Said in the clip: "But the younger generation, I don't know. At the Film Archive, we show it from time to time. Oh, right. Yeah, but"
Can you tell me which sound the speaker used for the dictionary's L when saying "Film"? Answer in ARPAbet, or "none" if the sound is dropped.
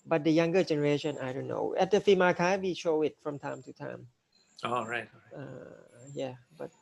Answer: none